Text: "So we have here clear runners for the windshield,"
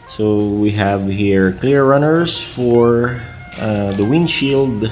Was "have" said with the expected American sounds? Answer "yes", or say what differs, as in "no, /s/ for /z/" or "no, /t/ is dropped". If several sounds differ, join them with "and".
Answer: yes